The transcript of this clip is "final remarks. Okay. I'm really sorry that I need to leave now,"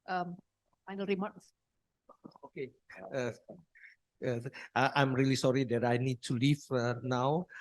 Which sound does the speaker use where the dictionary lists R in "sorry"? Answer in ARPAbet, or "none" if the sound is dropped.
R